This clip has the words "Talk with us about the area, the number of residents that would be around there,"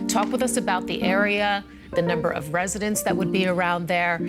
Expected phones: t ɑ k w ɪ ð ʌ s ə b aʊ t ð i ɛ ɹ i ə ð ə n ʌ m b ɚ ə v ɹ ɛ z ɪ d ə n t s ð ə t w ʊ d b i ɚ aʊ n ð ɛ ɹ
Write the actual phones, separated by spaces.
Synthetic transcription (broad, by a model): t ɑ k w ɪ ð ʌ s ə b aʊ t ð i ɛ ɹ i ə ð ə n ʌ m b ɚ ə v ɹ ɛ z ɪ d ə n t s ð ə t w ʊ d b i ɚ aʊ n ð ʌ ɹ